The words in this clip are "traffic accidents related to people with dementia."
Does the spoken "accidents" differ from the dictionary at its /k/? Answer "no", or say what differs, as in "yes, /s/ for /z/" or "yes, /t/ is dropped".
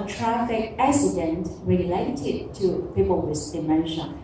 yes, /k/ is dropped